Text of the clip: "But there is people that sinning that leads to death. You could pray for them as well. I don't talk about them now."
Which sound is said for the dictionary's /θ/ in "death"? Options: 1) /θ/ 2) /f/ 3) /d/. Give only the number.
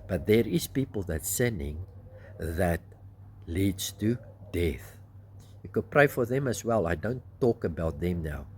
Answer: 1